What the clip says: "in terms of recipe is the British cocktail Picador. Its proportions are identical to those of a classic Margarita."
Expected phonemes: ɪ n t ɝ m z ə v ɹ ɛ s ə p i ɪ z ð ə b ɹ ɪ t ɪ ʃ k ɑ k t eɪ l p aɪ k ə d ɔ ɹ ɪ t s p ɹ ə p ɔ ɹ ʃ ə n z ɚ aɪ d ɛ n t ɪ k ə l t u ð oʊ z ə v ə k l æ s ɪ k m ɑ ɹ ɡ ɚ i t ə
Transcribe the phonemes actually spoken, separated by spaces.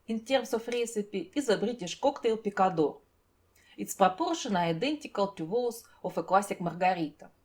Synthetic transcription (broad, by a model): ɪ n t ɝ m s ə f ɹ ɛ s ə p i ɪ z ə b ɹ ɪ t ɪ ʃ k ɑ k t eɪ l p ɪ k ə d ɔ ɹ ɪ t s p ɹ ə p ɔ ɹ ʃ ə n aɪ d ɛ n t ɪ k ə l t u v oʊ s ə f ə k l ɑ s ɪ k m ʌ ɹ ɡ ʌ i t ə